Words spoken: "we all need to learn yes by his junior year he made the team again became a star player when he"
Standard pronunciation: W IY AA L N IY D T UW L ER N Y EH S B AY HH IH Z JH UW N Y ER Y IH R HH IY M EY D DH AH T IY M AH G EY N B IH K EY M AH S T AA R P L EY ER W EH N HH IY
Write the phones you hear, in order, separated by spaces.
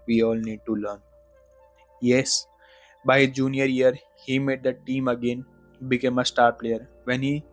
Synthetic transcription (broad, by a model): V IY AA L N IY D T UW L ER N Y EH S B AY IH JH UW N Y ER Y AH R HH IY M EY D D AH T IY M AH G EY N B IH K EY M AH S T AA R P L EY ER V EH N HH IY